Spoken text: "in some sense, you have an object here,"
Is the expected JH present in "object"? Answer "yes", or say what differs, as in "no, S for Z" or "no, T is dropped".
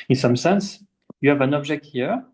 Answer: no, ZH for JH